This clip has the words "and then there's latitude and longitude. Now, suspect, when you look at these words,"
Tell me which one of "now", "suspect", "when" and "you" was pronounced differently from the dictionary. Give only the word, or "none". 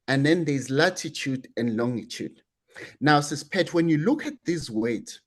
suspect